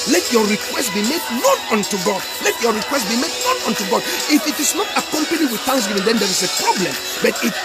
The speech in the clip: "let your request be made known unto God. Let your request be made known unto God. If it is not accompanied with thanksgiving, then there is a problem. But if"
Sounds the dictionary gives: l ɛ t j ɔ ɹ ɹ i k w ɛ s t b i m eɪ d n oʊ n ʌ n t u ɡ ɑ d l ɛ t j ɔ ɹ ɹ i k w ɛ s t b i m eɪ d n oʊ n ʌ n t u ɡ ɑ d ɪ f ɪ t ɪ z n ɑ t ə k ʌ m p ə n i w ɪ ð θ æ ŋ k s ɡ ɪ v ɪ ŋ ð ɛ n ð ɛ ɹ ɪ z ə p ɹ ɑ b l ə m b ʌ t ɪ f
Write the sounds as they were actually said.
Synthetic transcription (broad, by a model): l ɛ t j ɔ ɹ ɹ i k w ɛ s t b i m eɪ d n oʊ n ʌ n t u ɡ ɑ d l ɛ t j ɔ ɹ ɹ i k w ɛ s t b i m eɪ d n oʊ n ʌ n t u ɡ ɑ d ɪ f ɪ t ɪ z n ɑ t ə k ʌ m p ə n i w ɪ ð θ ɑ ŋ s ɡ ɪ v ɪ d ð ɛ n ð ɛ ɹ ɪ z ə p ɹ ɑ b l ə m b ʌ t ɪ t